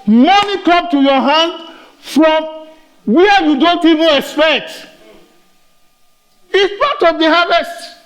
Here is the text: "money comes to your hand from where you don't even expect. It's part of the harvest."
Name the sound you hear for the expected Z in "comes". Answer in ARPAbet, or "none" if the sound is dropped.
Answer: none